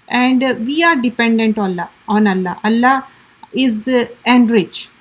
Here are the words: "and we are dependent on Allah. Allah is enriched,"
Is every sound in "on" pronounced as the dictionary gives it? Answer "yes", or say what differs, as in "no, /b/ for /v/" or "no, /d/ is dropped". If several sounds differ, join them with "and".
no, /l/ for /n/